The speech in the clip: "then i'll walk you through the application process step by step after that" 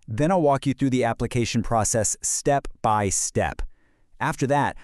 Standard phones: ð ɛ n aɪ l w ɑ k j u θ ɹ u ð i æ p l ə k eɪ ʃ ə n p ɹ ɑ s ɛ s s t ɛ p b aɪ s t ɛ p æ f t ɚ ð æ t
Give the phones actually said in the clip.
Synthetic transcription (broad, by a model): ð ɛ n aɪ l w ɑ k j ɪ θ ɹ u ð i æ p l ə k eɪ ʃ ə n p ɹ ɑ s ɛ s s t ɛ p b aɪ s t ɛ p æ f t ɚ ð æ t